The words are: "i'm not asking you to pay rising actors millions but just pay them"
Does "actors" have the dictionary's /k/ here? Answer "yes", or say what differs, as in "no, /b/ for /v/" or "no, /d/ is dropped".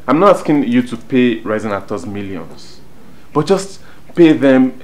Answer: no, /k/ is dropped